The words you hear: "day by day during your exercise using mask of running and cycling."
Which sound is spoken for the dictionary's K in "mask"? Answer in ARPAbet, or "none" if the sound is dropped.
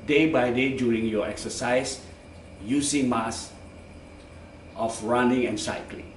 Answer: none